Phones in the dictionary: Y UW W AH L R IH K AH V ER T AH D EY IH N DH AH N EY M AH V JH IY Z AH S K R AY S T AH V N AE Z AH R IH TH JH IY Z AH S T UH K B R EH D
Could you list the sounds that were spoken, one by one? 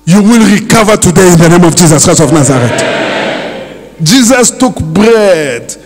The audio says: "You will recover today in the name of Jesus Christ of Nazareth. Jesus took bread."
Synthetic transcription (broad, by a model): Y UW W AH L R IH K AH V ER T AH D EY IH N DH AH N EY M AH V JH IY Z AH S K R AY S AH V N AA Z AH R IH T JH IY Z AH S T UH K B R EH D